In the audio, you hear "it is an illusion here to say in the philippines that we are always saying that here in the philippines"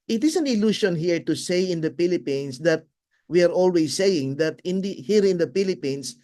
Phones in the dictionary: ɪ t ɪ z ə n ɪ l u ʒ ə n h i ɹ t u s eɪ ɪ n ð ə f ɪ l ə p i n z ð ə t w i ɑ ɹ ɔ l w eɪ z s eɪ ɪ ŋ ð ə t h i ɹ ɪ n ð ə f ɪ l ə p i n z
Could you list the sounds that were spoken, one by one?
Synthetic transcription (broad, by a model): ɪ t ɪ s ə n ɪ l u ʃ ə n h i ɹ t u s eɪ ɪ n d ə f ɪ l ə p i n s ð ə t w i ɑ ɹ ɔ l w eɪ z s eɪ ɪ ŋ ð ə t h i ɹ ɪ n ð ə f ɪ l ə p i n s